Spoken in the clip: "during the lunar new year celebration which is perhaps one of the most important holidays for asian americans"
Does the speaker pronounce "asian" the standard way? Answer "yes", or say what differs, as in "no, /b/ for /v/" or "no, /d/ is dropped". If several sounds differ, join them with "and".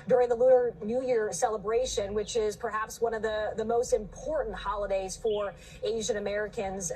yes